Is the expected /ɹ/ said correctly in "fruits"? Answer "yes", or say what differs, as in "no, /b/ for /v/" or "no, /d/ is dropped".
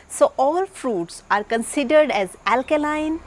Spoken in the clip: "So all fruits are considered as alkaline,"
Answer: yes